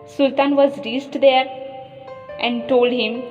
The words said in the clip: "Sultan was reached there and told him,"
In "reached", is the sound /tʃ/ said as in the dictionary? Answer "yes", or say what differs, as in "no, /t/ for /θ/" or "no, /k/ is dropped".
no, /s/ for /tʃ/